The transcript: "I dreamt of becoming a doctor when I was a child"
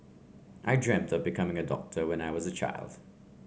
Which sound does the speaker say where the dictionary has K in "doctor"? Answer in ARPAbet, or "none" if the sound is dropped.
K